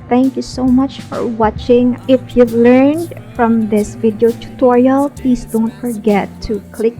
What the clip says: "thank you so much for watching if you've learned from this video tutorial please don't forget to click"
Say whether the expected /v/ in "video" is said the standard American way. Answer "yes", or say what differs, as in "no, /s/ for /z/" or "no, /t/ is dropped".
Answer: yes